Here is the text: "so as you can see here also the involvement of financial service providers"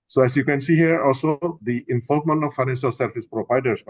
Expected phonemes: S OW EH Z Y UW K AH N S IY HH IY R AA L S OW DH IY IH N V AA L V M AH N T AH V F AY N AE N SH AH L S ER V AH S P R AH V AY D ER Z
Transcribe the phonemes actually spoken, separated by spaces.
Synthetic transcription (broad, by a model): S OW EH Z Y UW K AH N S IY HH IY R AA L S OW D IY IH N F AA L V M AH N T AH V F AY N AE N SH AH L S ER F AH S P R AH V AY D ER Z